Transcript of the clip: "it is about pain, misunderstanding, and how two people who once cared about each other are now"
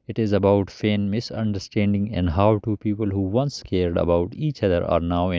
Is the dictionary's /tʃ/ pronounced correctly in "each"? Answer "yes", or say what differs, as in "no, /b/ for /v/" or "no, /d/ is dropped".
yes